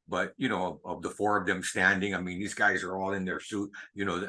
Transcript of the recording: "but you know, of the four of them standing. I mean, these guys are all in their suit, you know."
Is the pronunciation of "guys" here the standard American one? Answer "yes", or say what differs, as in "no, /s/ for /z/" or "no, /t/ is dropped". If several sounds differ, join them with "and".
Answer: yes